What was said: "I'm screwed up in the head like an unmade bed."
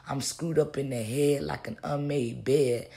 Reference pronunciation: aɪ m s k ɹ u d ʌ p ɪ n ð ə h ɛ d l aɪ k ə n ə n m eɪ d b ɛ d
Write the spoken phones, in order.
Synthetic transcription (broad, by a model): aɪ m s k ɹ u d ʌ p ɪ n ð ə h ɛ l aɪ k ə n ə m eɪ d b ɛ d